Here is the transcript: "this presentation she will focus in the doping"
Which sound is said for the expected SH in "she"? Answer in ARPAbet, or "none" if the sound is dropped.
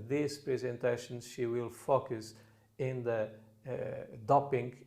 SH